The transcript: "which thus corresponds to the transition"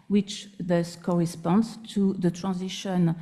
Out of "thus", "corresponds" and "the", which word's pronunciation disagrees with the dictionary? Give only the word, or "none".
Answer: none